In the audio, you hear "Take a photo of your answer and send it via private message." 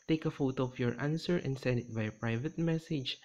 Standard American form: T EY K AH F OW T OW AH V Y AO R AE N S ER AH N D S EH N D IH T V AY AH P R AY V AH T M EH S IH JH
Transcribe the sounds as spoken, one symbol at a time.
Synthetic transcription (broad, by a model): T EY K AH F OW T OW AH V Y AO R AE N S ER AH N D S EH N D IH T B AY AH P R AY V AH T M EH S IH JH